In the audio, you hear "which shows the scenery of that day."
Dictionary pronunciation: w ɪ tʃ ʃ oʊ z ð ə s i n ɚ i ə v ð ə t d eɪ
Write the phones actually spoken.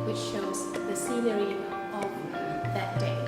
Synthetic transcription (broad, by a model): w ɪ tʃ ʃ oʊ z ð ə s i l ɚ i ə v ð ə t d eɪ